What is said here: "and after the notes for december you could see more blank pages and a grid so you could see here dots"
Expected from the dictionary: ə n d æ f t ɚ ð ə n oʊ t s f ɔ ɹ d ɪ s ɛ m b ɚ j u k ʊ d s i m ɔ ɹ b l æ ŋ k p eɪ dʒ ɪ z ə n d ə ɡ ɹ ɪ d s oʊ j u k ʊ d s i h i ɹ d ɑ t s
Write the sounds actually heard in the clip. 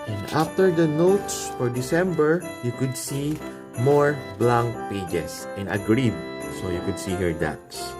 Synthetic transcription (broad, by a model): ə n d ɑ f t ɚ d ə n oʊ t s f ɔ ɹ d ɪ s ɛ m b ɚ j u k ʊ d s i m ɔ ɹ b l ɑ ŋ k p eɪ dʒ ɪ s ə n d ə ɡ ɹ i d s oʊ j u k ʊ d s i h i ɹ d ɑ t s